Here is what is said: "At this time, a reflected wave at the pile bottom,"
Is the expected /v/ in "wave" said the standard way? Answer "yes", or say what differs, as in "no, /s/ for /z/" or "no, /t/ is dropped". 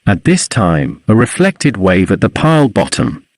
yes